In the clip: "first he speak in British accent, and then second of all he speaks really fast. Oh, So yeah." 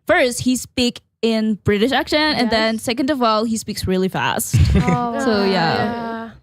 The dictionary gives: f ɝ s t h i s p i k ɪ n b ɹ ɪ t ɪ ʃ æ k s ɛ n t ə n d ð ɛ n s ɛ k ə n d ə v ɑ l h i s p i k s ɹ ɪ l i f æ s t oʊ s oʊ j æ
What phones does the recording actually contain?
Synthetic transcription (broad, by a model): f ɝ s t h i s p i k ɪ n b ɹ ɪ t ɪ ʃ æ k ʃ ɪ n ə n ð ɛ n s ɛ k ə n d ə v ɑ l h i s p i k s ɹ ɪ l i f æ s t s oʊ j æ